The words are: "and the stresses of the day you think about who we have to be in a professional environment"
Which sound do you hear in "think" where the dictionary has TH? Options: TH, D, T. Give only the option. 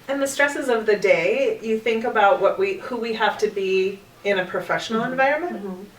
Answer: TH